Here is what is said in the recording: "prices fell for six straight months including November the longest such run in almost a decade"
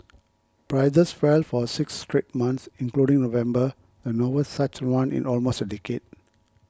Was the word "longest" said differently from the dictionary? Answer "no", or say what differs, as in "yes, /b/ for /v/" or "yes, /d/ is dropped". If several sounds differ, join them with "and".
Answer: yes, /n/ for /l/